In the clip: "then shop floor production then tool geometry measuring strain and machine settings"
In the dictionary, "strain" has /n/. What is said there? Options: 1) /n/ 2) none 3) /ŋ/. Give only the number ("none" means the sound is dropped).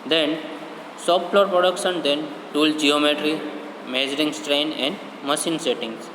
1